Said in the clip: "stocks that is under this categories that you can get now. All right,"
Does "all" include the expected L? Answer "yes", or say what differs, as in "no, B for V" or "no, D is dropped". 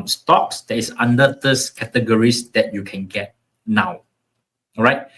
no, W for L